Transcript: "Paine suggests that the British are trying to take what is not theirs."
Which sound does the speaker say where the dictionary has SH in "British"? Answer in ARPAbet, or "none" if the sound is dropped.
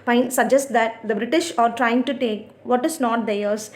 SH